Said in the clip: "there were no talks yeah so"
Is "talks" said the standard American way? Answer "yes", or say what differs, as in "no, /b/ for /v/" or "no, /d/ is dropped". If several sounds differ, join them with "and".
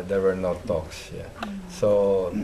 yes